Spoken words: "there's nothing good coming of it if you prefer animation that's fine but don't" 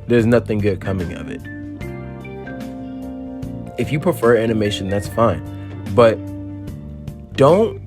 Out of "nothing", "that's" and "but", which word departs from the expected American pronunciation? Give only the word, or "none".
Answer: none